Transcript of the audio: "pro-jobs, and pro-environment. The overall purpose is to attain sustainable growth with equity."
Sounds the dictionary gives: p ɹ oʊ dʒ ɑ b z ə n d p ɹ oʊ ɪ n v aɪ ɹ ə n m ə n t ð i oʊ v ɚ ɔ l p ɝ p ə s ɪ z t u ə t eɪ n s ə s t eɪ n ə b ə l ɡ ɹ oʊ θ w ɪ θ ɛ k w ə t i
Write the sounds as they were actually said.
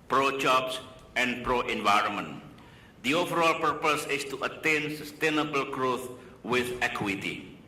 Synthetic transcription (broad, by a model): p ɹ oʊ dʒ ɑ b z ə n d p ɹ oʊ ɪ n v aɪ ɹ ə n m ə n t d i oʊ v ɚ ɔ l p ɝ p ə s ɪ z t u ə t eɪ n s ə s t eɪ n ə b ə l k ɹ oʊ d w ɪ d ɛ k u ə t i